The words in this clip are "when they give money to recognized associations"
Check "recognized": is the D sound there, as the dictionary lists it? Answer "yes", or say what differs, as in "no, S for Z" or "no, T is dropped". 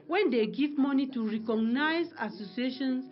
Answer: no, D is dropped